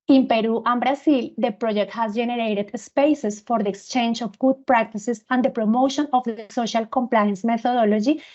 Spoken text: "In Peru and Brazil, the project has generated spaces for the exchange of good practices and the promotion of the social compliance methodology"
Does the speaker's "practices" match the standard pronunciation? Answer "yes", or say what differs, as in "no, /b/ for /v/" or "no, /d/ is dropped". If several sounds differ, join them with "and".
no, /s/ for /z/